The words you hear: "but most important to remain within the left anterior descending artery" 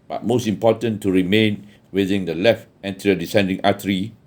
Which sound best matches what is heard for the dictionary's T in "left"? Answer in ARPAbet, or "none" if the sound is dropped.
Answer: T